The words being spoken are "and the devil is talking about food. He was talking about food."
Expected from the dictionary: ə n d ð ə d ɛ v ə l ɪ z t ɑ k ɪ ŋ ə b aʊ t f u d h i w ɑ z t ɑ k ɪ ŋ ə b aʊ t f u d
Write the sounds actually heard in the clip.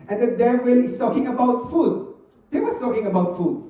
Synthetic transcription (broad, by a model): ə n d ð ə d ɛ w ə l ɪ s t ɑ k ɪ ŋ ə b aʊ t f u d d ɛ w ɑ s t ɑ k ɪ ŋ ə b aʊ t f u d